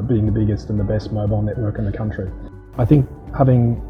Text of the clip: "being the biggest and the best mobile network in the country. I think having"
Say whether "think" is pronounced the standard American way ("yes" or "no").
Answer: yes